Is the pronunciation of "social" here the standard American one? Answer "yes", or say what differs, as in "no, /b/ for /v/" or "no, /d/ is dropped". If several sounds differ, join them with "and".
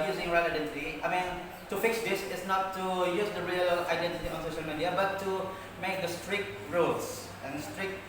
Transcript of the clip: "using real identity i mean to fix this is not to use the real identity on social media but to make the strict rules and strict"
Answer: yes